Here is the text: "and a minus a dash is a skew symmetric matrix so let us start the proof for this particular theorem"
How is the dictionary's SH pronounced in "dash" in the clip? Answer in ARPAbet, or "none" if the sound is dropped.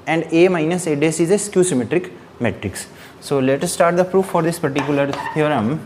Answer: S